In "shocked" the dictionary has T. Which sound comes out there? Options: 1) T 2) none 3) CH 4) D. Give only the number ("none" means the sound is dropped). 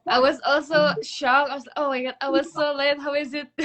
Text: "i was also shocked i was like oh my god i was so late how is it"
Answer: 2